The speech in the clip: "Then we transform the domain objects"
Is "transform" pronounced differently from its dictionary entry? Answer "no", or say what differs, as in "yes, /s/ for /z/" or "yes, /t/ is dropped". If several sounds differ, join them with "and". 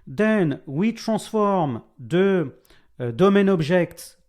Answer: yes, /n/ is dropped